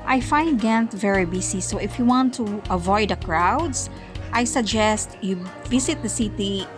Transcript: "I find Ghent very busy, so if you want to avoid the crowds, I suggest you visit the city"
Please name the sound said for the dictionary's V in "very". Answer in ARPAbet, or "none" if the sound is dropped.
V